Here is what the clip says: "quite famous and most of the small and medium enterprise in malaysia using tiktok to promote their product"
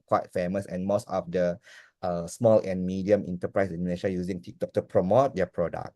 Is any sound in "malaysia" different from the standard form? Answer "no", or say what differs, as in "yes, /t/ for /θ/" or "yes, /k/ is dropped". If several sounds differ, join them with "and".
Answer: yes, /n/ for /l/ and /ʃ/ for /ʒ/